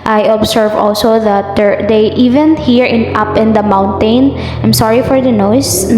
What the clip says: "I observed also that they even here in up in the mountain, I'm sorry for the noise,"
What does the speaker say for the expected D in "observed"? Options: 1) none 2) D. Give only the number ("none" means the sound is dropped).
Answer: 1